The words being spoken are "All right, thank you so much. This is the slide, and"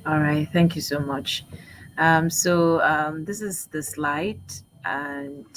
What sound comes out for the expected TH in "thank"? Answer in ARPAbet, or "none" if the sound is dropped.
TH